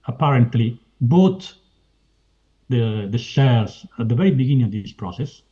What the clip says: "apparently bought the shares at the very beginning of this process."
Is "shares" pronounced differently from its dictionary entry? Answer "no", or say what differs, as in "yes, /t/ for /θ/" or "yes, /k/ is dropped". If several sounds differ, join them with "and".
yes, /s/ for /ʃ/